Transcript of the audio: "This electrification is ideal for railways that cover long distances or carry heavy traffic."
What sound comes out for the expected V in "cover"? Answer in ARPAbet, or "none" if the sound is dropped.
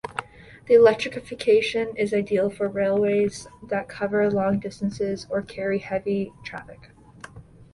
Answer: V